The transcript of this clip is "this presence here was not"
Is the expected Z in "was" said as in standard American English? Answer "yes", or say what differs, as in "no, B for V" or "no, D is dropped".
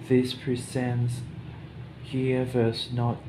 no, S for Z